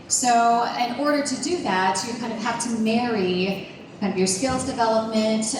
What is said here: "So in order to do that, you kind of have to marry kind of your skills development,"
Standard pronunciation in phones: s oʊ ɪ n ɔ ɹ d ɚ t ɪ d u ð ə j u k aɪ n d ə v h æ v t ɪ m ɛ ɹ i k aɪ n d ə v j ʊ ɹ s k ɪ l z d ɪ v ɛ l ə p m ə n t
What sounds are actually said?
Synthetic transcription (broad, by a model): s oʊ ɪ n ɔ ɹ d ɚ t ɪ d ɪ ð ə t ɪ k aɪ n d ə v h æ f t ɪ m ɛ ɹ i k aɪ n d ə v j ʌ ɹ s k ɪ l z d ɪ v ɛ l ə p m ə n t